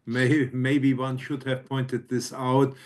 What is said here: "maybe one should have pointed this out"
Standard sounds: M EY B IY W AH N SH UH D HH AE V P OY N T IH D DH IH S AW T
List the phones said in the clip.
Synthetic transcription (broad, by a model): M EY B IY W AH N SH UH D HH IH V P OY N T IH D DH IH S AW T